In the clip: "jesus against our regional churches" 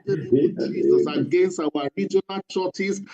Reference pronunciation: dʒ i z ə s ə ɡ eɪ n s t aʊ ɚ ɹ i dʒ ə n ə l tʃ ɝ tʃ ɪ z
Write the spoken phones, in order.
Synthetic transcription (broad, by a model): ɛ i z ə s ə ɡ eɪ n s t aʊ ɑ ɹ i dʒ ə n ə l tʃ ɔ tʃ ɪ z